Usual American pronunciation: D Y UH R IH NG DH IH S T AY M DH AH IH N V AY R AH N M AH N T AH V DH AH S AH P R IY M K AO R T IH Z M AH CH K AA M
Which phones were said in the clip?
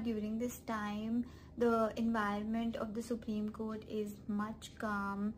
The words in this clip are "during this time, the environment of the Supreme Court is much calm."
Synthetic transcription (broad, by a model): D Y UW R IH NG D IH S T AY M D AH IH N V AY R AH N M AH N T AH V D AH S AH P R IY M K AO R T IH Z M AH CH K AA M